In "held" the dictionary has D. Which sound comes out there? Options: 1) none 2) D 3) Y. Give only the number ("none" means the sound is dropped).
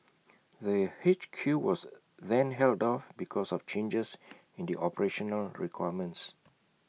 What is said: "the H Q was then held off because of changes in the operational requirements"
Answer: 2